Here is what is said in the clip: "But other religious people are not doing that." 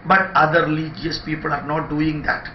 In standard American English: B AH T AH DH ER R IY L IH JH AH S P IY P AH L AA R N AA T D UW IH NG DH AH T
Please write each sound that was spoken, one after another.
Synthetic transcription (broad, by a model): B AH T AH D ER L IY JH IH AH S P IY P AH L AA R N AA T D UW IH NG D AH T